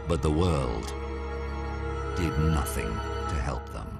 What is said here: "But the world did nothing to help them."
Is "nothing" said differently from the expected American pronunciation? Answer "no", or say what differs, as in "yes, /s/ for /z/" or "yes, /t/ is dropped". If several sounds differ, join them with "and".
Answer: no